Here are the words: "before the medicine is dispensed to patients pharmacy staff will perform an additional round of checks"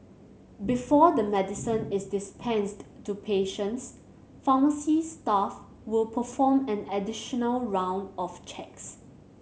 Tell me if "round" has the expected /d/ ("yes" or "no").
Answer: yes